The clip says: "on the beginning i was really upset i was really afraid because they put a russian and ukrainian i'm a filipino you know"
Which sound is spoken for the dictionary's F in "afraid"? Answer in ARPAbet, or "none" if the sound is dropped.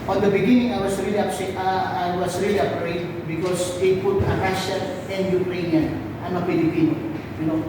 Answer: P